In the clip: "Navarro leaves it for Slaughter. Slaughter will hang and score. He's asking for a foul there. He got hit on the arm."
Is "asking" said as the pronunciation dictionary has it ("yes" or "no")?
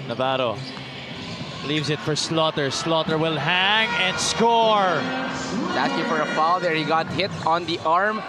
no